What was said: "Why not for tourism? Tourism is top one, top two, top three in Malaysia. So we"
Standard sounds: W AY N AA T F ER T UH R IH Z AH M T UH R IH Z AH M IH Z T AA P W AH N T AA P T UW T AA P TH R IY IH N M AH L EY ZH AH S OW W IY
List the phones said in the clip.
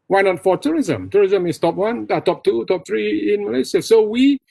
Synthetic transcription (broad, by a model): W AY N AA T F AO T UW R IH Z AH M T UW R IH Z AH M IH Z T AA P W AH N T AA P T UW T AA P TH R IY IH N M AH L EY S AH S OW W IY